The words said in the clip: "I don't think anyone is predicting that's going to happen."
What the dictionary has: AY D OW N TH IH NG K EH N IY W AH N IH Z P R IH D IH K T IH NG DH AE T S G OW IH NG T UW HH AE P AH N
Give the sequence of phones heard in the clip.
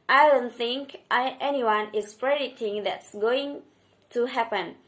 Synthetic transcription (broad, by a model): AY D OW N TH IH NG K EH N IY W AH N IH S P R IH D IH T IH NG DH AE T S G OW IH NG T UW HH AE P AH N